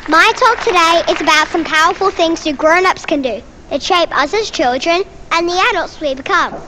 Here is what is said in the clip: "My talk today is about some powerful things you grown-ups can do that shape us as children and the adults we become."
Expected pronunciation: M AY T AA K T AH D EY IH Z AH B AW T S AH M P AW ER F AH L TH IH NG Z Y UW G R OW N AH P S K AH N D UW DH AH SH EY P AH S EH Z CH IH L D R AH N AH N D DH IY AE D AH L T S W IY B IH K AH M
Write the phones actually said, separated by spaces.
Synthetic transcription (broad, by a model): M AY T AA K T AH D EY IH Z AH B AW T S AH M P AW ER F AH L TH IH NG Z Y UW G R OW N AH P S K AH N D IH DH AH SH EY P AH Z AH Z CH IH L D R AH N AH N DH IY AE D AH L T S W IY B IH K AH M